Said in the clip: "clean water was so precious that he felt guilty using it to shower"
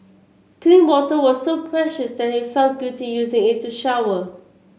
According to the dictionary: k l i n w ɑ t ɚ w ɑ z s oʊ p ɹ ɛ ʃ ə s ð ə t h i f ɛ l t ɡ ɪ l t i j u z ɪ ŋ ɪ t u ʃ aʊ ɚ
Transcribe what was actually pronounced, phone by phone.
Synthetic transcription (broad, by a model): k l i n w ɑ t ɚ w ɑ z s oʊ p ɹ ɛ ʃ ə s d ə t h i f ɛ l t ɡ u t i j u z ɪ ŋ ɪ t u ʃ aʊ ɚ